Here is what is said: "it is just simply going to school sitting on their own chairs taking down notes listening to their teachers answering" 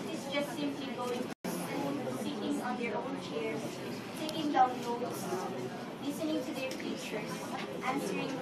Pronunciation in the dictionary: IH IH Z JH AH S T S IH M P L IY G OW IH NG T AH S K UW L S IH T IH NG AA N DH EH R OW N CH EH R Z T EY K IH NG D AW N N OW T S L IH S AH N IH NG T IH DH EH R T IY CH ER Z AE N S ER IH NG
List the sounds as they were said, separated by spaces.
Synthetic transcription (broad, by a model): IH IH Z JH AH S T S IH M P IY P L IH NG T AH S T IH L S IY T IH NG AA N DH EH R OW N CH EH R Z T EY K IH NG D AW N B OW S L IH S AH N IH NG T IH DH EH R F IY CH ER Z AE N S ER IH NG